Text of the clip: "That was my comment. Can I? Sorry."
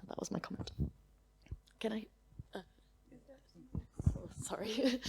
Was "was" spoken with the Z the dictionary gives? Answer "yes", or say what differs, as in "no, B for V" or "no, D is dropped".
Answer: yes